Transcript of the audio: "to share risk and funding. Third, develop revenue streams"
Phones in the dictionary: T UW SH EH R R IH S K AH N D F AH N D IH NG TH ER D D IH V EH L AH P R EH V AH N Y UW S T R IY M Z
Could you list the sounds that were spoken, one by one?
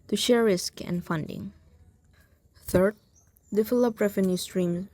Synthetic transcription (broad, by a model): T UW SH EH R R IH S K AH N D F AH N D IH NG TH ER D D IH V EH L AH P R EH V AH N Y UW S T R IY M